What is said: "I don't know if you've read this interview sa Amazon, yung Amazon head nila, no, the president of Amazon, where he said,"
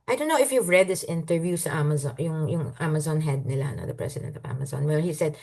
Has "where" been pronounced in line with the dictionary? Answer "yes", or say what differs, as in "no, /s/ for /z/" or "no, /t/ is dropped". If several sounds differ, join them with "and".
no, /l/ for /ɹ/